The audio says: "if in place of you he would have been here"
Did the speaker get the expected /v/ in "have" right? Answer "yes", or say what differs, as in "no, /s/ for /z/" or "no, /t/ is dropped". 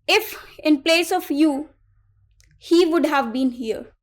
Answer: yes